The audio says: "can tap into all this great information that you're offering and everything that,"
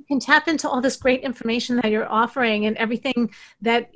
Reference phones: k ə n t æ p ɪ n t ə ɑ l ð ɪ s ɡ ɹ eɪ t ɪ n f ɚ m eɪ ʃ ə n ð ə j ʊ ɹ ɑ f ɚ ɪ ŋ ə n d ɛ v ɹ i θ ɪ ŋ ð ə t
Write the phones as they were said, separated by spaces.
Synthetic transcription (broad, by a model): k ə n t æ p ɪ n t ə ɑ l ð ɪ s ɡ ɹ eɪ t ɪ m f ɚ m eɪ ʃ n ð ə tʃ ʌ ɹ ɑ f ɚ ɪ ŋ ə n ɛ v ɹ i θ ɪ ŋ ð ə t